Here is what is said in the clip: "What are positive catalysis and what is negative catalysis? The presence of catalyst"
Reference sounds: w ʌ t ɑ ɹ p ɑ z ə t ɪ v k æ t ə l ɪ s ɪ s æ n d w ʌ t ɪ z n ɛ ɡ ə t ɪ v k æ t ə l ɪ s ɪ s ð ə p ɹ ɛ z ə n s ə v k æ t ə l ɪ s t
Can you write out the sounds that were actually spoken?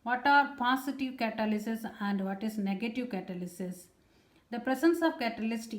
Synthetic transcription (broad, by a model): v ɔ t ɑ ɹ p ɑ s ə t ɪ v k æ t ə l ɪ s ɪ s æ n d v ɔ t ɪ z n ɛ ɡ ə t ɪ v k æ t ə l ɪ s ɪ s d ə p ɹ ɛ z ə n s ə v k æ t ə l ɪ s t